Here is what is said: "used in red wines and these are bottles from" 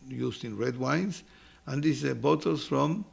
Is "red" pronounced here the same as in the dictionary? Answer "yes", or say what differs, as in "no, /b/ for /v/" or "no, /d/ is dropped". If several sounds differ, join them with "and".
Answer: yes